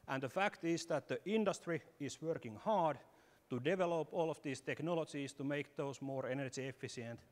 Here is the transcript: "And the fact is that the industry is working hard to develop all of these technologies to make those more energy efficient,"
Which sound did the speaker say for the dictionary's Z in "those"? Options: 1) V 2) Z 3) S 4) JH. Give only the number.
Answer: 3